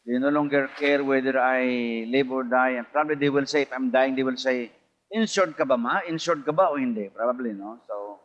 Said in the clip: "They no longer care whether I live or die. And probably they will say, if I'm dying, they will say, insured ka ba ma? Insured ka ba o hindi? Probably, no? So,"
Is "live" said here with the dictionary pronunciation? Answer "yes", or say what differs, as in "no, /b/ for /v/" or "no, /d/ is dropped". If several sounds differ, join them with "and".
no, /b/ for /v/